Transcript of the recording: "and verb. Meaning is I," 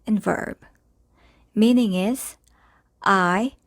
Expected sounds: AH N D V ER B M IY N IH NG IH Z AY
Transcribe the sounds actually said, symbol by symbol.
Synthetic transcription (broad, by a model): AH N V ER B M IY N IH NG IH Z AY